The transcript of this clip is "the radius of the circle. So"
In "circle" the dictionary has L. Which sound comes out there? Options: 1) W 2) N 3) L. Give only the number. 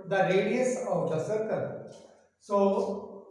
2